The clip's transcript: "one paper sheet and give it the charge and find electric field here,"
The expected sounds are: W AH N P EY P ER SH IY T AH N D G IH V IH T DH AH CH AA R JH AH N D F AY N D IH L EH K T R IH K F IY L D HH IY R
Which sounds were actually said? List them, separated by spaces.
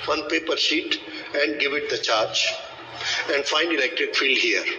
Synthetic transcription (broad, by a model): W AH N P EY P ER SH IY T AH N D G IH V IH T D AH CH AA R JH AH N D F AY N D IH L EH K T R IH K F IY L D HH IY R